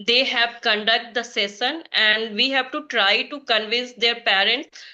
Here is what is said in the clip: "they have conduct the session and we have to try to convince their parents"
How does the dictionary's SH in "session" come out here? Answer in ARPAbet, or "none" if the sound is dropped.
S